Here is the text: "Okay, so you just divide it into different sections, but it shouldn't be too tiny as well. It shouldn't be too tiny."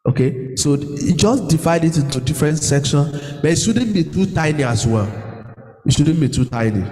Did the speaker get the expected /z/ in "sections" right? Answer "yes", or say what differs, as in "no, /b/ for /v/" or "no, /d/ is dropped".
no, /z/ is dropped